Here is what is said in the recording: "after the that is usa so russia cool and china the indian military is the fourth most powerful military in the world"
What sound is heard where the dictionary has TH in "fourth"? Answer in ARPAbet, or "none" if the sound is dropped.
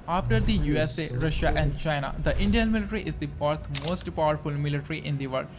T